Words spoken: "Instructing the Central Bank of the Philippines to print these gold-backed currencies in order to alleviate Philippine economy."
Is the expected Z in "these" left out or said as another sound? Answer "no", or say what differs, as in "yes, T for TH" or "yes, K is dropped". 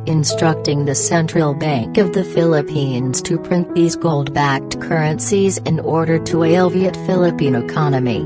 no